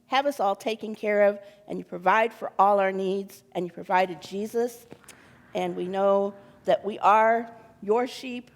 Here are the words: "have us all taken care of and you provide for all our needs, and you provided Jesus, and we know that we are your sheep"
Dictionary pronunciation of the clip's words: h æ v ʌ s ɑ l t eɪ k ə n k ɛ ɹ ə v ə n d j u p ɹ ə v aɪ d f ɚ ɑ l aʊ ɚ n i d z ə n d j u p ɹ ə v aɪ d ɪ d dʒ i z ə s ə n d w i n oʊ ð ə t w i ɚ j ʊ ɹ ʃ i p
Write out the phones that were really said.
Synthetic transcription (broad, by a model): h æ v ʌ s ɑ l t eɪ k ə n k ɛ ɹ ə v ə n j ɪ p ɹ ə v aɪ d f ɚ ɑ l aʊ ɚ n i d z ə n j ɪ p ɹ ə v aɪ d ɪ d dʒ i z ə s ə n w i n oʊ ð ə t w i ɚ j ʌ ɹ ʃ i p